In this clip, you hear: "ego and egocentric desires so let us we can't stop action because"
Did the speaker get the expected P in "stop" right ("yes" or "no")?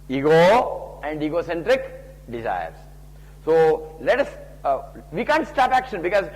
yes